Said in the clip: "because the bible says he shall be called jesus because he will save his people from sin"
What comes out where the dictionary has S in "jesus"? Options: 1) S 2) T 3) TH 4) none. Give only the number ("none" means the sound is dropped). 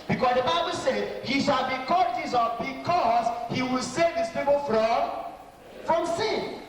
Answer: 4